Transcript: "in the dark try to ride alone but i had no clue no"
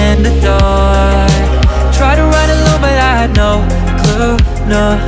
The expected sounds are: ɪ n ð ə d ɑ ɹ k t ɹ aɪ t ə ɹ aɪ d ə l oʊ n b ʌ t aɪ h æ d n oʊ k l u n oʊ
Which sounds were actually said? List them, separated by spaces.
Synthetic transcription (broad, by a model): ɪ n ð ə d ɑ t ɹ aɪ t ə ɹ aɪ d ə l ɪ l b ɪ t aɪ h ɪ d n oʊ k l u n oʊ